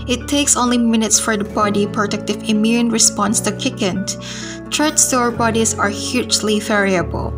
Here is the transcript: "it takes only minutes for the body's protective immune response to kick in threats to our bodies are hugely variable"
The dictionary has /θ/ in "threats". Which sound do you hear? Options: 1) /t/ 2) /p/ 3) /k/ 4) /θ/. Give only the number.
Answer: 1